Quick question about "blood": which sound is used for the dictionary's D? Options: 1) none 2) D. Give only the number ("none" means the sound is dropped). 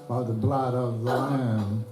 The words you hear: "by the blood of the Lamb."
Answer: 2